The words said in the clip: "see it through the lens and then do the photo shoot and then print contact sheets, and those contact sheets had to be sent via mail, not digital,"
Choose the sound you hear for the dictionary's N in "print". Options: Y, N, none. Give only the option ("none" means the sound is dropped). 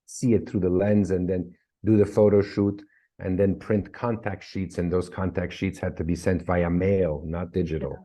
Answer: N